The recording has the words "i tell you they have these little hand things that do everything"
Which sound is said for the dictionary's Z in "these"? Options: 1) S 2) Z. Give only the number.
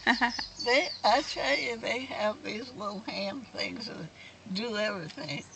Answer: 2